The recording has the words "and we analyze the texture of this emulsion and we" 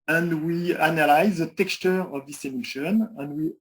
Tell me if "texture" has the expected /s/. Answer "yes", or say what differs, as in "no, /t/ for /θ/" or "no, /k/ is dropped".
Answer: yes